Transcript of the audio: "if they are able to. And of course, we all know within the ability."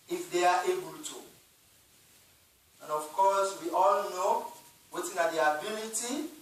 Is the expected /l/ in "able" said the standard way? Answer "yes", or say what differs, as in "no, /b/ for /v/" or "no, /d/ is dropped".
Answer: yes